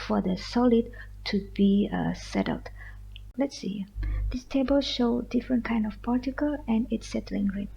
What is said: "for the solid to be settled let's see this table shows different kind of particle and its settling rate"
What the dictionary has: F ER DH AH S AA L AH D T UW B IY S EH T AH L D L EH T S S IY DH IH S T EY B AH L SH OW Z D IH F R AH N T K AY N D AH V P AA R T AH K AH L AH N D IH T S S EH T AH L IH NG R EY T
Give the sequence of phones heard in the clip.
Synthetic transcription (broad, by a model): F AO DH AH S AA L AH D T UW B IY S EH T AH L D L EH T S S IY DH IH S T EY B AH L SH OW D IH F R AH N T K AY N D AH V P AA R T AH K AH L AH N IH T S S EH T AH L IH NG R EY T